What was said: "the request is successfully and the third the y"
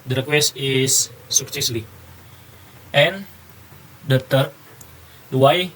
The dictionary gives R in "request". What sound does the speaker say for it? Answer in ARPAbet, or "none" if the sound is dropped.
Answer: R